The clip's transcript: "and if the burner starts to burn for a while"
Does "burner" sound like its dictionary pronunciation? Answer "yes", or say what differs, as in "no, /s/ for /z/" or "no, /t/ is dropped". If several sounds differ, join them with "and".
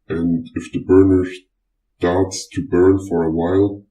yes